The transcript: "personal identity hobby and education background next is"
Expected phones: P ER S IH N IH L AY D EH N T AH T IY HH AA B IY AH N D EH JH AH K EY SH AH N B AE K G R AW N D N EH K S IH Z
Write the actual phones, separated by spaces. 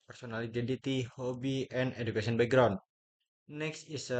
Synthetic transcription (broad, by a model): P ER S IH N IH L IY D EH N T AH T IY HH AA B IY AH N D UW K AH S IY AH N B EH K G R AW N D N EH K S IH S